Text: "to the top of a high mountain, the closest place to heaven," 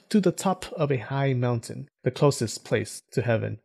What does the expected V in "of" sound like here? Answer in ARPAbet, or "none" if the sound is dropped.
V